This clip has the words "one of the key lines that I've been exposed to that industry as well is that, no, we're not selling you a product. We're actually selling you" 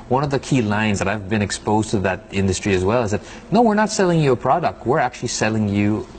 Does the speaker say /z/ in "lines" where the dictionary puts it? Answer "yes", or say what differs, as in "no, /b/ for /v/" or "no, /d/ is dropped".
yes